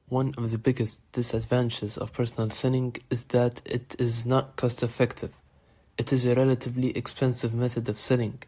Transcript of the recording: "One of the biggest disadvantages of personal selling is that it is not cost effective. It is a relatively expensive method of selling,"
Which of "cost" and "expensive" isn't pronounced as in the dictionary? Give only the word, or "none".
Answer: none